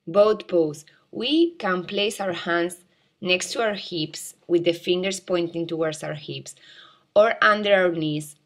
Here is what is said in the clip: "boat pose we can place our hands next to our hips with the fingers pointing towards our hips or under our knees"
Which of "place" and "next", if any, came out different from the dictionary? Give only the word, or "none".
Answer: none